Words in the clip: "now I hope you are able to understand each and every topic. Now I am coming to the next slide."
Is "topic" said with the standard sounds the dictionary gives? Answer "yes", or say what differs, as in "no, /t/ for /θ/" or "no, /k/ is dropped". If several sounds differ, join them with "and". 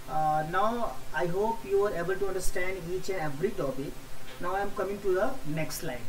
no, /b/ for /p/